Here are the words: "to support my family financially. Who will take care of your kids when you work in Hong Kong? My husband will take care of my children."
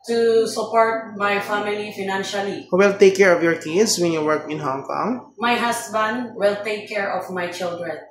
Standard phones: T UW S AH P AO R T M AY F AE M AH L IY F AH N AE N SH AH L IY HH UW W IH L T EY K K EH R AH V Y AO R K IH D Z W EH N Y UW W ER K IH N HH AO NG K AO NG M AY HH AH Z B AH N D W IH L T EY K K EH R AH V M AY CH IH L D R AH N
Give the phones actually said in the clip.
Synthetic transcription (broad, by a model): T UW S AH P AO R T M AY F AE M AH L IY F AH N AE N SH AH L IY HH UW W IH L T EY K K EH R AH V Y AO R K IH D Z W EH N Y UW W ER K IH N HH AO NG K AO NG M AY HH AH S B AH N D W IH L T EY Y K EH R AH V M AY CH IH L D R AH N